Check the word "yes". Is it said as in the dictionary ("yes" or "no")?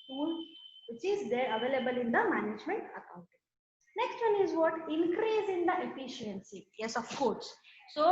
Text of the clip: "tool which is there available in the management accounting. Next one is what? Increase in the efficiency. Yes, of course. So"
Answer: yes